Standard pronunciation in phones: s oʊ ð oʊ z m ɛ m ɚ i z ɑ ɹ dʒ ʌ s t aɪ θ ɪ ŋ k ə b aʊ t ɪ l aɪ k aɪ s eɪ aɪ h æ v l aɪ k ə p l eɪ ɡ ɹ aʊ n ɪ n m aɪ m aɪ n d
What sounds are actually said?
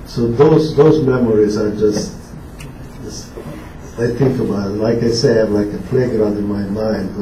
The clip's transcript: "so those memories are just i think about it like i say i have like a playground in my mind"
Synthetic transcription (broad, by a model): s oʊ ð oʊ z m ɛ m ɚ i z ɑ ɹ dʒ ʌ s t aɪ θ ɪ ŋ k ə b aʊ ɪ l aɪ k aɪ s eɪ aɪ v l aɪ k ə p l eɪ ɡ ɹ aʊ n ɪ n m aɪ m aɪ n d